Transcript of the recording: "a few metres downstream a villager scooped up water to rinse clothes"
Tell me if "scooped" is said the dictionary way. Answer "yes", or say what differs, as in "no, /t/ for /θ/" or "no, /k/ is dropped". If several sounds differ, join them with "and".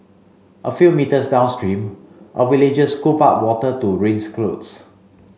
no, /t/ is dropped